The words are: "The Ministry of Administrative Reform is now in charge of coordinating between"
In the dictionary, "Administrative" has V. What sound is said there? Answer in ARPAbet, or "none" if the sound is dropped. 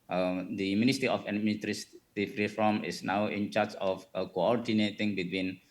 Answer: F